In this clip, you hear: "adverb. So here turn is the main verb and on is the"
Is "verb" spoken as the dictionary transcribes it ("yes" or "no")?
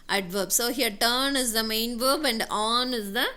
yes